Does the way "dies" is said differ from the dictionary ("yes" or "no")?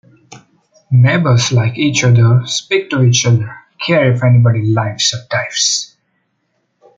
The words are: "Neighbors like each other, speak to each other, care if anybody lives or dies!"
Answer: yes